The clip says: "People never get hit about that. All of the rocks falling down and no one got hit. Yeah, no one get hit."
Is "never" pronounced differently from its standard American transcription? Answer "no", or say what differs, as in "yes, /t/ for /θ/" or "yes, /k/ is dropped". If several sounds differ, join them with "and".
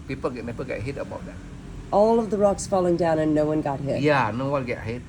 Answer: yes, /p/ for /v/